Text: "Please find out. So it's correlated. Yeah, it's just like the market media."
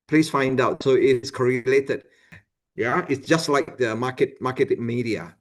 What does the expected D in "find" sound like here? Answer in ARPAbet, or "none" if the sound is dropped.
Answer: D